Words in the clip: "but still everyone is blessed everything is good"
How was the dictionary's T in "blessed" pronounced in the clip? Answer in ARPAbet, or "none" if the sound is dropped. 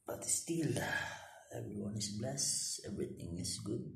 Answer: none